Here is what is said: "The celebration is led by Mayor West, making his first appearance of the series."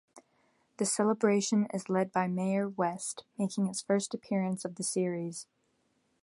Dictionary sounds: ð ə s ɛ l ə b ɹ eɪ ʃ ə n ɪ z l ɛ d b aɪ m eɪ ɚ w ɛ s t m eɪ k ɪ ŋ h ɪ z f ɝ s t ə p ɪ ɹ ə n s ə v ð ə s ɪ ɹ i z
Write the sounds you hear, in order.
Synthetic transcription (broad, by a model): ð ə s ɛ l ə b ɹ eɪ ʃ ə n ɪ z l ɛ d b aɪ m eɪ ɚ w ɛ s t m eɪ k ɪ ŋ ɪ s f ɝ s t ə p ɪ ɹ ə n s ə v ð ə s ɪ ɹ i z